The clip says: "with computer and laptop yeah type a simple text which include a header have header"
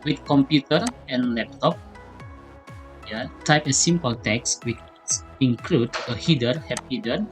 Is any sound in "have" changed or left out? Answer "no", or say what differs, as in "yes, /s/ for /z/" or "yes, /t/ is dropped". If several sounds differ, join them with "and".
yes, /p/ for /v/